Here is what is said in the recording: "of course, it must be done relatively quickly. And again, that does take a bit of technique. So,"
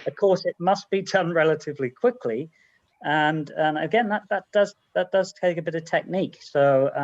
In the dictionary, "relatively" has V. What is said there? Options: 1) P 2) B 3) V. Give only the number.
3